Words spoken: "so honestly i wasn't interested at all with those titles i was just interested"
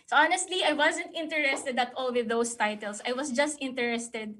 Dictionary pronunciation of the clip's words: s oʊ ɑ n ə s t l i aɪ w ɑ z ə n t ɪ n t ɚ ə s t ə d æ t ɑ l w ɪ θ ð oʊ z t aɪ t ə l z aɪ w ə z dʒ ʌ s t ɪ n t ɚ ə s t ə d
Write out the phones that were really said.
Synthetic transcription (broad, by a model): s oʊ ɑ n ə s t l i aɪ w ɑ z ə n t ɪ n t ɚ ə s t ə d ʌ t ɑ l w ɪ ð oʊ s t aɪ t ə l s aɪ w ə s dʒ ʌ s t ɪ n t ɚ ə s t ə d